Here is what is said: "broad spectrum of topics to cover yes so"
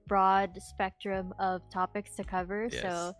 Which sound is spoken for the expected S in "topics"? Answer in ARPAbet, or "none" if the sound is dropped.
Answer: S